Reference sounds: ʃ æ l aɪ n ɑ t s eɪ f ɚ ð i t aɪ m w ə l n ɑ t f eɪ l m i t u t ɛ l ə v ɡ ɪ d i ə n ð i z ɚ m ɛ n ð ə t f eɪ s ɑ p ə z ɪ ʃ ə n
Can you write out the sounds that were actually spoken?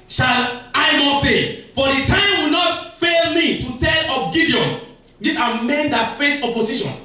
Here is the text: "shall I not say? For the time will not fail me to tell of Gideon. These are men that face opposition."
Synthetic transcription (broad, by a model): ʃ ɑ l aɪ n ɑ t s eɪ f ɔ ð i t aɪ m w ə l n ɑ t f eɪ l m i t u t ɛ l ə p ɡ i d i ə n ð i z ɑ m ɛ n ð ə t f eɪ s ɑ p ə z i ʃ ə n